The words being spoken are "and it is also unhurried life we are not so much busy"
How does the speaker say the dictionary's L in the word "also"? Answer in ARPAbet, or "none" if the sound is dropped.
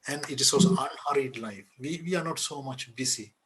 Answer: none